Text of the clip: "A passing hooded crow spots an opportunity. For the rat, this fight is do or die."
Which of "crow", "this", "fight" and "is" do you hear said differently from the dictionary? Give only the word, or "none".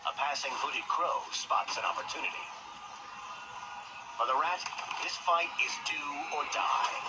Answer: none